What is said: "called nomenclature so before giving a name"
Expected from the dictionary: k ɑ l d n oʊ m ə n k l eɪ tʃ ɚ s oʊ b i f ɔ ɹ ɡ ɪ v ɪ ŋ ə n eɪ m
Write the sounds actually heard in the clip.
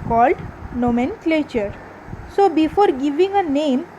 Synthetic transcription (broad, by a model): k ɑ l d n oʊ m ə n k l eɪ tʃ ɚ s oʊ b i f ɔ ɹ ɡ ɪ v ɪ ŋ ə n eɪ m